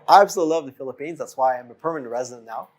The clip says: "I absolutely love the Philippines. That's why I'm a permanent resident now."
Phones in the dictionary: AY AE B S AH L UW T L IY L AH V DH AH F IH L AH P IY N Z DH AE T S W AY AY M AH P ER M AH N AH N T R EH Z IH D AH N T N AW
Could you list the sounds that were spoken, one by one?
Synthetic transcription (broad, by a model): AY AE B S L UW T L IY L AH V DH AH F IH L AH P IY N Z DH AE T S W AY AY M AH P ER M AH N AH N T R EH Z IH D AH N N AW